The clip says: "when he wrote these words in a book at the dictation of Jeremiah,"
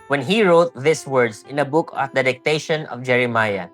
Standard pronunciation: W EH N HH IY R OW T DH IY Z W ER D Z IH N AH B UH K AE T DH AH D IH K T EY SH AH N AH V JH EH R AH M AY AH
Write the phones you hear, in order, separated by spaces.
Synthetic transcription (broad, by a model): W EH N HH IY R OW T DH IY S W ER D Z IH N AH B UH K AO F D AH D IH K T EY SH AH N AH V JH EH R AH M AY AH